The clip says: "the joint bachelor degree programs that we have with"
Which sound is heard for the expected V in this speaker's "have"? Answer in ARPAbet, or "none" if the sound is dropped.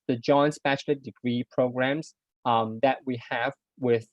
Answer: V